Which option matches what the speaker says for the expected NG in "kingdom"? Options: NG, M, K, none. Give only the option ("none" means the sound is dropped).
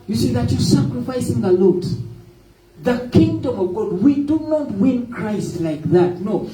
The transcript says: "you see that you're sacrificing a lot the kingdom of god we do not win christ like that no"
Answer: NG